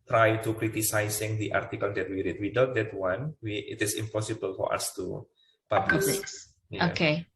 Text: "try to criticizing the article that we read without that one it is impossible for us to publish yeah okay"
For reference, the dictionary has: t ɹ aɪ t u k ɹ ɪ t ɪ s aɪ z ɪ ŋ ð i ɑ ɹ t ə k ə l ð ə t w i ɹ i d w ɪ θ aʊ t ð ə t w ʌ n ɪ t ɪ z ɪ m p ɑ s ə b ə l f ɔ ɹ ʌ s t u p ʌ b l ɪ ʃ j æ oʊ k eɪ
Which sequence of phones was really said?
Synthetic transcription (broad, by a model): t ɹ aɪ t u k ɹ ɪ t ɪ s aɪ s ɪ ŋ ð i ɑ ɹ t ə k ə l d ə t w i ɹ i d w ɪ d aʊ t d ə t w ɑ n ɪ t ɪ s ɪ m p ɑ s ə b ə l f ɔ ɹ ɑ s t u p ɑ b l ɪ s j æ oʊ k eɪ